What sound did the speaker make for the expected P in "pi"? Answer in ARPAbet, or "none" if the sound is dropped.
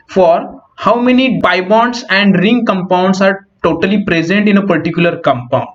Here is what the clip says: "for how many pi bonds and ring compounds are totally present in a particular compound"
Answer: B